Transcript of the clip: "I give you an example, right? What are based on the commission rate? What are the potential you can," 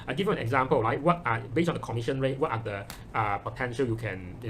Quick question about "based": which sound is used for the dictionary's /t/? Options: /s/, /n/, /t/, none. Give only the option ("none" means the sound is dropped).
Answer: none